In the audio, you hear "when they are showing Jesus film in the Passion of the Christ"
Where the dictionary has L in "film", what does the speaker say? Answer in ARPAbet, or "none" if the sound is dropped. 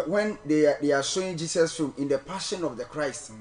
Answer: none